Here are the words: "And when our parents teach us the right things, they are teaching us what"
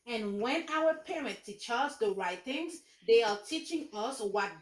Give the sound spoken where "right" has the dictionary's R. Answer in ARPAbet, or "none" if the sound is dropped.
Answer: R